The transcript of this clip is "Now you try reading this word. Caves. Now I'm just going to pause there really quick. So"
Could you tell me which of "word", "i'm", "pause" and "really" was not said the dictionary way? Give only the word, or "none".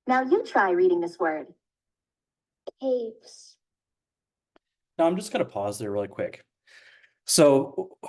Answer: none